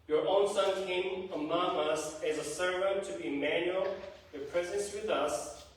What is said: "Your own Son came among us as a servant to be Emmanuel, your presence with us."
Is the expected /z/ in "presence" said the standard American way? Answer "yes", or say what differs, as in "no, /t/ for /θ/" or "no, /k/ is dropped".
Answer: yes